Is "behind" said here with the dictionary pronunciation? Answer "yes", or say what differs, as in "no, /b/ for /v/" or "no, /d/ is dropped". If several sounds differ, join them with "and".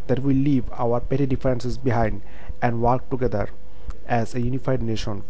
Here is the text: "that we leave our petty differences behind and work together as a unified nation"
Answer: yes